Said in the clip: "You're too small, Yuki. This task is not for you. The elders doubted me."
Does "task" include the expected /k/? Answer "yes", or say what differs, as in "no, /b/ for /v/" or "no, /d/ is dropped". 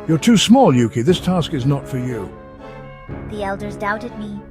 yes